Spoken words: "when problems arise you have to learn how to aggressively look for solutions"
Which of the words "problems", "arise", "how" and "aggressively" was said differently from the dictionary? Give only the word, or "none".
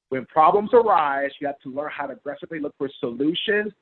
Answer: none